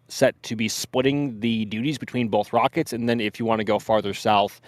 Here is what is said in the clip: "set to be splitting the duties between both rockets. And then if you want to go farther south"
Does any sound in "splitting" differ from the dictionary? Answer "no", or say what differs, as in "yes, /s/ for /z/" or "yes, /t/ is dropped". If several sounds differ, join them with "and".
yes, /l/ is dropped